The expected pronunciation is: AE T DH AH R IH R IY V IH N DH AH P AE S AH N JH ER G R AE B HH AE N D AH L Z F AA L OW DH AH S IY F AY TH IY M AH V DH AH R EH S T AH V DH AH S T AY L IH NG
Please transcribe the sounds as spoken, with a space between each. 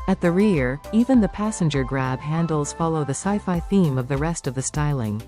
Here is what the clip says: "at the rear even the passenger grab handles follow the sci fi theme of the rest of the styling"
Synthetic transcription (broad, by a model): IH T DH AH R IH R IY V IH N DH AH P AE S AH N JH ER G R AE B HH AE N D L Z F AA L OW DH AH S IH F AY TH IY M AH V DH AH R EH S T AH V DH AH S T AY L IH NG